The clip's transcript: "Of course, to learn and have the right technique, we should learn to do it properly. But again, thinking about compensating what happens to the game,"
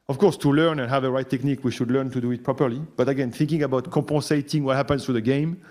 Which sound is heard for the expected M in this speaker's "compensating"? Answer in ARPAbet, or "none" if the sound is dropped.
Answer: none